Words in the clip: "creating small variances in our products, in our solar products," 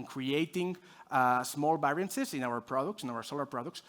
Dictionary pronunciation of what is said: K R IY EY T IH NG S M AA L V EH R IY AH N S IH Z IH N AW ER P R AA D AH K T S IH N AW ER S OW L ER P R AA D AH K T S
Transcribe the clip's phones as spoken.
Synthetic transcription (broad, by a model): K R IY EY T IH NG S M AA L B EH R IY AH N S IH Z IH N AW ER P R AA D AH K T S IH N AW ER S OW L ER P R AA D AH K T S